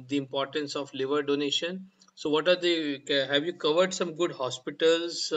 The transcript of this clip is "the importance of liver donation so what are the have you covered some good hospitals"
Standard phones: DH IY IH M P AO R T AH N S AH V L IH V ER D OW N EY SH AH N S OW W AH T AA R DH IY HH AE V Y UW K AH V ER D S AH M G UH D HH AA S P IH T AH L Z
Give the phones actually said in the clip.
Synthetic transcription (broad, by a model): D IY IH M P AO R T AH N S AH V L IH V ER D OW N EY SH AH N S OW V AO T AA R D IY HH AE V Y UW K AH V ER D S AH M G UH D HH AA S P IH T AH L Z